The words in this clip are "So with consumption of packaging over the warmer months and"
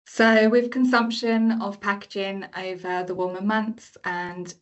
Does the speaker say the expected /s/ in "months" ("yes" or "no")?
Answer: yes